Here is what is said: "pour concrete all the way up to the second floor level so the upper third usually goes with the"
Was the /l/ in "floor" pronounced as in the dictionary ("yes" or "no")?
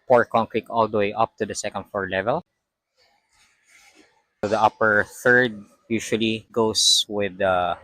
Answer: no